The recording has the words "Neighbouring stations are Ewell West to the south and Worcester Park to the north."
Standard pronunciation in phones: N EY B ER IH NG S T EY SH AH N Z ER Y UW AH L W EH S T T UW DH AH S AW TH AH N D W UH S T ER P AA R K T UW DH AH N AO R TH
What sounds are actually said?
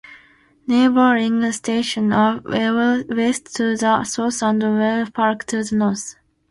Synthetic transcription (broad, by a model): N EY B ER IH NG S T EY SH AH N ER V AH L W EH S T T UW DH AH S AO S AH N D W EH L P AA R K T UW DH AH N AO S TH